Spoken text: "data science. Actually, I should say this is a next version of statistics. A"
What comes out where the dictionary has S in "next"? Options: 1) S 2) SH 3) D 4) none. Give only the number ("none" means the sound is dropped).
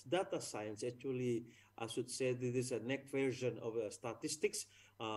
4